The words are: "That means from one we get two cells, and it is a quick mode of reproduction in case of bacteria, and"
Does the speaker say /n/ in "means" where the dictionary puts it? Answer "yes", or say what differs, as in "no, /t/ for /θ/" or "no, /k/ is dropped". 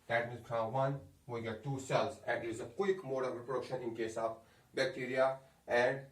no, /n/ is dropped